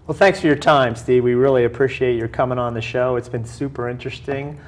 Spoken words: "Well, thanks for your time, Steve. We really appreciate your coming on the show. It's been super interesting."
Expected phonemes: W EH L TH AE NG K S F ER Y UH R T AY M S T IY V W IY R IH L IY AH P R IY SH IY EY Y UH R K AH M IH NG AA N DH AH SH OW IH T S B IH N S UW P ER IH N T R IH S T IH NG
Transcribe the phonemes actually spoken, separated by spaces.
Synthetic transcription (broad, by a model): W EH L TH AE NG K S F ER Y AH R T AY M S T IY W IY R IH L IY AH P R IY SH IY EY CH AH R K AH M IH NG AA N DH AH SH OW IH T S B IH N S UW P ER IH N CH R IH S T IH NG